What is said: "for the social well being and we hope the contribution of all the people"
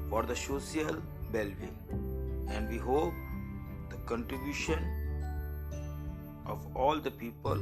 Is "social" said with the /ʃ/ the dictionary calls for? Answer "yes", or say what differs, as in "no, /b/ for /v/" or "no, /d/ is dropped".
no, /s/ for /ʃ/